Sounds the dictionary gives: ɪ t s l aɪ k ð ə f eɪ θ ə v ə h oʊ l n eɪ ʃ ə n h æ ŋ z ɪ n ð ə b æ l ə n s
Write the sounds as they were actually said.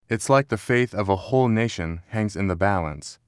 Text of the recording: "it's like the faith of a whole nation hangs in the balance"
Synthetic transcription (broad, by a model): ɪ t s l aɪ k ð ə f eɪ θ ə v ə h oʊ l n eɪ ʃ ə n h æ ŋ z ɪ n ð ə b æ l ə n s